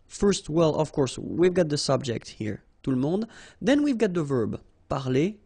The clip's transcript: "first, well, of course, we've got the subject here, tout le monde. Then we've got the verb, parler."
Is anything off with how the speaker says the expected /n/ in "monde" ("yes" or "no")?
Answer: yes